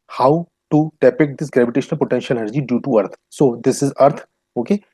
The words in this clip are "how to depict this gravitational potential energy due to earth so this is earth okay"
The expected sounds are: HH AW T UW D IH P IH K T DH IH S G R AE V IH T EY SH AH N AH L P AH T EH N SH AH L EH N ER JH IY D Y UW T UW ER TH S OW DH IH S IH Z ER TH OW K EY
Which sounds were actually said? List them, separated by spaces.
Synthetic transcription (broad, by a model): HH AW T UW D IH P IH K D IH S G R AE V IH T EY SH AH N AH L P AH T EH N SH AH L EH ER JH IY D Y UW T UW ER T S OW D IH S IH Z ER T OW K EY